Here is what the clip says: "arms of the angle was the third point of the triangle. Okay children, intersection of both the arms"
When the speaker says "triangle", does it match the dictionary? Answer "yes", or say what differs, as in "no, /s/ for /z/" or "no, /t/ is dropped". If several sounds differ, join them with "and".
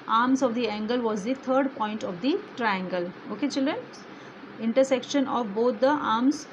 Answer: yes